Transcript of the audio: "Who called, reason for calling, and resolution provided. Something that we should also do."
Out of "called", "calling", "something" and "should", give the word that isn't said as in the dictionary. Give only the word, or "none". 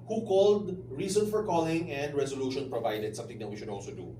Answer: something